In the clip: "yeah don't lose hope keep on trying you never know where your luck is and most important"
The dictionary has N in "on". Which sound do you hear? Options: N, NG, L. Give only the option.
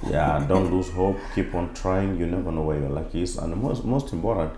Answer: N